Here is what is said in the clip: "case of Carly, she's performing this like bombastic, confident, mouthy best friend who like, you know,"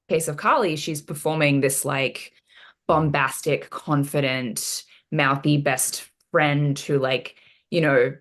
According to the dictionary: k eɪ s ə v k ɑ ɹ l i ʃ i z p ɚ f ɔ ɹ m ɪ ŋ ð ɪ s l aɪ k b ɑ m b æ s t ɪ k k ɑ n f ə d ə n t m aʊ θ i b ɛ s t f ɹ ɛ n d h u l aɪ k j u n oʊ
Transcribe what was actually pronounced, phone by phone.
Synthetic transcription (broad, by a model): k eɪ s ə v k ɑ l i ʃ i z p ɚ f ɔ ɹ m ɪ ŋ ð ɪ s l aɪ k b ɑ m b æ s t ɪ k k ɑ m f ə d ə n t m aʊ θ i b ɛ s t f ɹ ɛ n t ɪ l aɪ k j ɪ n oʊ